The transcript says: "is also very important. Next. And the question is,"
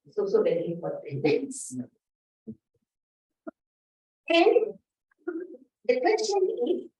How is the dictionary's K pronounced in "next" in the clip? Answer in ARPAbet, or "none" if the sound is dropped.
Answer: none